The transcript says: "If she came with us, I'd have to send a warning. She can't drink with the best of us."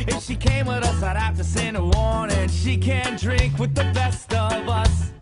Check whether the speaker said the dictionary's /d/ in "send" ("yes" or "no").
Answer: no